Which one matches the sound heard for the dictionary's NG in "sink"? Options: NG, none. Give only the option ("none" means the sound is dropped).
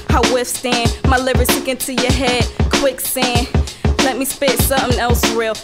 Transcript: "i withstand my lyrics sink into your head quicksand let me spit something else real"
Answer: none